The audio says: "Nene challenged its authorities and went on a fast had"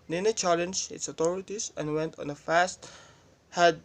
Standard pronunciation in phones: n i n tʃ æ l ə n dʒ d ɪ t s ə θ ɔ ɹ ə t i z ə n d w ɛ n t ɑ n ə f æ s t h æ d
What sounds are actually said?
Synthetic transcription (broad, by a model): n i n tʃ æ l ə n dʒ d ɪ t s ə t ɔ ɹ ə t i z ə n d w ɛ n t ɑ n ə f æ s t h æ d